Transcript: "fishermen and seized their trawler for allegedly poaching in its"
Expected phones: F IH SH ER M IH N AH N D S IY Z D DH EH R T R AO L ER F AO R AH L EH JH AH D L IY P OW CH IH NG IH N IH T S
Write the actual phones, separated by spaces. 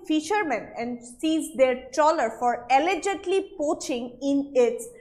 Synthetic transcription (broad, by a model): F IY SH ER M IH N AH N D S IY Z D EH R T AO L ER F AO R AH L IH JH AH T L IY P OW CH IH NG IH N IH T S